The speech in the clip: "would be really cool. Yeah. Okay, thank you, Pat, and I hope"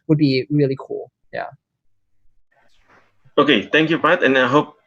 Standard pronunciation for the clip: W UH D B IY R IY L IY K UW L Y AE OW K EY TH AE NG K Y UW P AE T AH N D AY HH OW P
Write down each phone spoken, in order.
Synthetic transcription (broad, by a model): W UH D B IY R IY L IY K UW L Y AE OW K EY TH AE NG K Y UW B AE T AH N AY HH OW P